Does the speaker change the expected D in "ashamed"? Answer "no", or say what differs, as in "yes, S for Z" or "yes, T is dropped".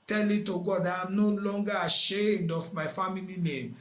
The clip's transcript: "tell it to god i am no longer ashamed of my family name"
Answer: no